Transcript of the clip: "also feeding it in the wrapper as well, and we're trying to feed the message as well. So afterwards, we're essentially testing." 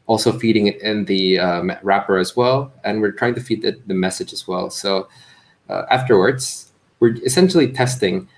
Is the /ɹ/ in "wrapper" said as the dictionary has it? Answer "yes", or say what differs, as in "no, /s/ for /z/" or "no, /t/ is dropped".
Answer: yes